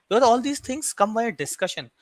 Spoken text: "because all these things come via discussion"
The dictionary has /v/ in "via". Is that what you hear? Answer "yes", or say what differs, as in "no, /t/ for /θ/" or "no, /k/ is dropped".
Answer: no, /b/ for /v/